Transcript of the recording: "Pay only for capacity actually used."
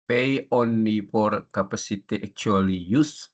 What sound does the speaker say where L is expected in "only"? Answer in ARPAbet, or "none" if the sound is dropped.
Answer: none